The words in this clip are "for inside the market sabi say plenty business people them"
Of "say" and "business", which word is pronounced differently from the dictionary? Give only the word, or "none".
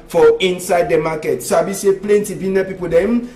business